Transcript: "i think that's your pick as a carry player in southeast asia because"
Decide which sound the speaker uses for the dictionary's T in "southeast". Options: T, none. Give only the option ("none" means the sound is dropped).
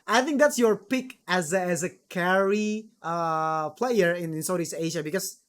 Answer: none